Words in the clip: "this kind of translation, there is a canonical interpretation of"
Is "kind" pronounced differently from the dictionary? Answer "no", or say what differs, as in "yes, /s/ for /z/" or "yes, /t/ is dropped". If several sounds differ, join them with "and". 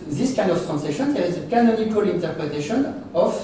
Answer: yes, /d/ is dropped